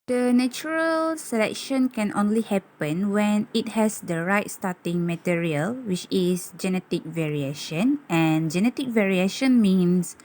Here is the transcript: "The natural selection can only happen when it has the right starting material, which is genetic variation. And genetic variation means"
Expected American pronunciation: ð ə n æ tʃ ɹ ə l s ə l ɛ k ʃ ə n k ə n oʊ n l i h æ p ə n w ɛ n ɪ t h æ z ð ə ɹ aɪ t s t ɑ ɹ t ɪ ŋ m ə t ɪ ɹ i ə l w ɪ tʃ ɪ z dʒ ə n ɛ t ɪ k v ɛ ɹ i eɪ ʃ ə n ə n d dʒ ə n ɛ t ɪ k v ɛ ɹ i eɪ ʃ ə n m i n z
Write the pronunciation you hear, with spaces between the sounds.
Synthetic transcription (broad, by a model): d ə n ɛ tʃ ɹ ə l s ə l ɛ k ʃ ə n k ə n oʊ n l i h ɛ p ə n w ɛ n ɪ t h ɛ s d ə ɹ aɪ t s t ɑ t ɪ ŋ m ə t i ɹ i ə l w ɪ tʃ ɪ s dʒ ə n ɛ t ɪ k v ɛ ɹ i eɪ ʃ ə n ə n dʒ ə n ɛ t ɪ k v ɛ ɹ i eɪ ʃ ə n m i n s